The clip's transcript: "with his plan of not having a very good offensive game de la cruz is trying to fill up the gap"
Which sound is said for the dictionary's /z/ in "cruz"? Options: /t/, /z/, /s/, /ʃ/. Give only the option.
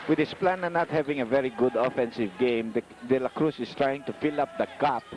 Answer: /s/